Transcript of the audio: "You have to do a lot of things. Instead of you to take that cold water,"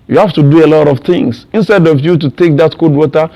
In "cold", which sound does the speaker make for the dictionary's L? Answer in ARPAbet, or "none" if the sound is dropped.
none